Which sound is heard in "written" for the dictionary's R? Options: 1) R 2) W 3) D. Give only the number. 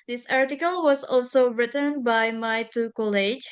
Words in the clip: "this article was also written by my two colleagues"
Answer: 1